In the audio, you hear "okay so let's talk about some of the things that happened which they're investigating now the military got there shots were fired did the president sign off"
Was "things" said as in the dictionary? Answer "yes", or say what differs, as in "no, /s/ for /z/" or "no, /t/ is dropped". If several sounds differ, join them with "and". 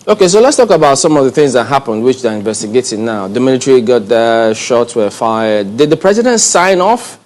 yes